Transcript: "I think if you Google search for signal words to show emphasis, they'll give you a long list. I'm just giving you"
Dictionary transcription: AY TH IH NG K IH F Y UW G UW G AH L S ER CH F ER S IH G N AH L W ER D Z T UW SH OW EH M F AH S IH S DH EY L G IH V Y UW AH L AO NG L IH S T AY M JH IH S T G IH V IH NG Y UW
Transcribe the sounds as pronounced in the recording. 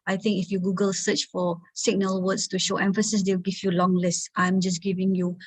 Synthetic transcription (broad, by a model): AY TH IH NG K IH F Y UW G UW G AH L S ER CH F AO S IH G N AH L W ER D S T UW SH OW EH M F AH S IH S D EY W G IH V Y UW L AO NG L IH S T AY M JH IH S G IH V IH NG Y UW